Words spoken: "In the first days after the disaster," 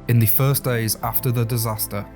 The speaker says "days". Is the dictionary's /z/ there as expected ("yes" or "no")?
yes